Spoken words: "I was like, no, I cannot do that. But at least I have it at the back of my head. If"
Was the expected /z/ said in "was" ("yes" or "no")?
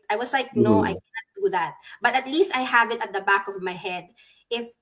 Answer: no